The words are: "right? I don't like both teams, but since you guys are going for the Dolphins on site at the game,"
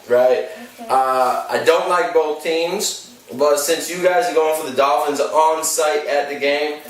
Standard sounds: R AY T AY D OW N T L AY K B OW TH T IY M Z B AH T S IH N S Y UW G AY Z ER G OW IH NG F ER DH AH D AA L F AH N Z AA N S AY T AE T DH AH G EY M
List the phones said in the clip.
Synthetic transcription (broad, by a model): R AY T AY D OW N T L AY K B OW TH T IY M Z B AH T S IH N S Y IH G AY Z ER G OW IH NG F ER DH AH D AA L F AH N Z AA N S AY T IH T DH AH G EY M